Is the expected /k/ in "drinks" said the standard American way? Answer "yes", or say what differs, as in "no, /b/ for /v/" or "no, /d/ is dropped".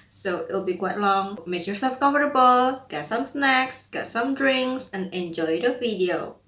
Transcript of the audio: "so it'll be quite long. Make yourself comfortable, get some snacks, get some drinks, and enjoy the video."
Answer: yes